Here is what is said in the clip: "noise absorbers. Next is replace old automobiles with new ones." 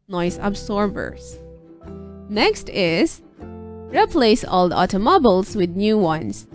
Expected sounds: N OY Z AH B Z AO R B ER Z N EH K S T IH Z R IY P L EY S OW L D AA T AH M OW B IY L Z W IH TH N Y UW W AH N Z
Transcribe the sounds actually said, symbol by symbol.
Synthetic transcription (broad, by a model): N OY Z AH B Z AO R B ER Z N EH K S T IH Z R IY P L EY S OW L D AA T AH M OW B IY L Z W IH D N Y UW W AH N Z